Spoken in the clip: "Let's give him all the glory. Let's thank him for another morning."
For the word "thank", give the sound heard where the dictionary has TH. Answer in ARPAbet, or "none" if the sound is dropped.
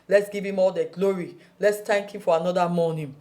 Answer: T